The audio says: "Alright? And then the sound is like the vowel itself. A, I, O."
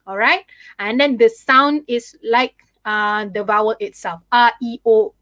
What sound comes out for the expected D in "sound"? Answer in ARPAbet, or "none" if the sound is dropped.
D